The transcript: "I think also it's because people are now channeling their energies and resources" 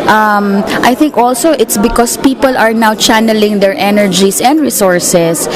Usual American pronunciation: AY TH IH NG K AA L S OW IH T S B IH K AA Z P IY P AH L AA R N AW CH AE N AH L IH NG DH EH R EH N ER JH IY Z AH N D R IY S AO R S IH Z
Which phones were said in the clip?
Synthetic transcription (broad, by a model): AY TH IH NG K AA L S OW IH T S B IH K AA S P IY P AH L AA R N AW CH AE N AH L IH NG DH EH R EH N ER JH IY S AH N D R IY S AO R S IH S